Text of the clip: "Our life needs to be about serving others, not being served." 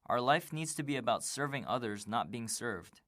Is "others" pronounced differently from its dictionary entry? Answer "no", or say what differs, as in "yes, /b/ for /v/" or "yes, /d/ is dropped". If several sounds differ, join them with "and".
no